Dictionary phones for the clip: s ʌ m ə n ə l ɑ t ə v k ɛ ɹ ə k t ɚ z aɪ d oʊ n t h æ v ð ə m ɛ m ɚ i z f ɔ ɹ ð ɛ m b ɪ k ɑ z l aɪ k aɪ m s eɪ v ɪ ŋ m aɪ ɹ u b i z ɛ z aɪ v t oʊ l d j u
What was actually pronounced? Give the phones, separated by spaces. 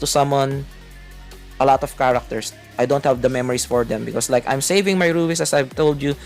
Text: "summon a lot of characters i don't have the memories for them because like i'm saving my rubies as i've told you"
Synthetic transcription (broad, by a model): s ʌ m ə n ə l ɑ t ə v k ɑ ɹ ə k t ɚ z aɪ d oʊ n t h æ v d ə m ɛ m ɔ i s f ɔ ɹ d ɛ m b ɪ k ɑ s l aɪ k aɪ m s eɪ v ɪ ŋ m aɪ ɹ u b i s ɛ s aɪ v t oʊ l d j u